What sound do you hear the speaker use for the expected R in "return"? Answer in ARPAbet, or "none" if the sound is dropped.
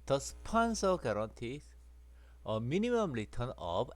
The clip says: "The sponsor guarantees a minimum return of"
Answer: L